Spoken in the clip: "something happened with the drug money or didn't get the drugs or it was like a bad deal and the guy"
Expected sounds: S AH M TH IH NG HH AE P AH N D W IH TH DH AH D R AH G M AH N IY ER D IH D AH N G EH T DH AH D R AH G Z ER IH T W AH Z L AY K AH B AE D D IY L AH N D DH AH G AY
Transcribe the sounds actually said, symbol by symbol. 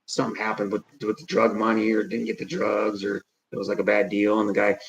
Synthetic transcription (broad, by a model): S AH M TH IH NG HH AE P AH N D W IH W DH AH D R AH G M AH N IY ER D IH D N G EH T DH AH D R AH G Z ER IH T W AH Z L AY K AH B AE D D IY L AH N DH AH G AY